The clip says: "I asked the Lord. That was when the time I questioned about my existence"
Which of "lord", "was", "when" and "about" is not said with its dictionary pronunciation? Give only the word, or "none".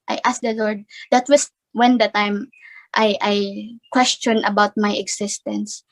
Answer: was